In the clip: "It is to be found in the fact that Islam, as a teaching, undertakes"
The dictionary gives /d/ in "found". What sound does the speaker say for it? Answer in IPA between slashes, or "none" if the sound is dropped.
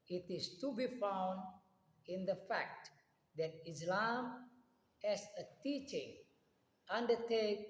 /d/